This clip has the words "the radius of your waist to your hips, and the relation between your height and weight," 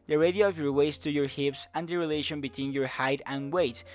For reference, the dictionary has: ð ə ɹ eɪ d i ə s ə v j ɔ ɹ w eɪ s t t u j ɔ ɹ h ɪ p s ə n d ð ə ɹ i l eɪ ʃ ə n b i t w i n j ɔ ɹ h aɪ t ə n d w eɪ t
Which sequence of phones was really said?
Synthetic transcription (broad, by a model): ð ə ɹ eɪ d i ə ə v j ɔ ɹ w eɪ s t t u j ɔ ɹ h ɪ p s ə n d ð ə ɹ i l eɪ ʃ ə n b i t w i n j ɔ ɹ h aɪ t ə n w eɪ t